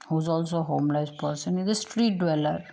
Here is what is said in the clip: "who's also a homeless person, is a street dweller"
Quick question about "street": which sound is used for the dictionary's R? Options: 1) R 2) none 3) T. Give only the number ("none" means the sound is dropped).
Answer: 1